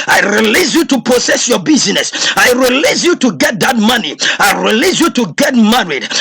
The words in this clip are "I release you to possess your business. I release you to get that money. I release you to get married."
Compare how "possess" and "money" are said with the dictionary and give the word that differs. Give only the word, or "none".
possess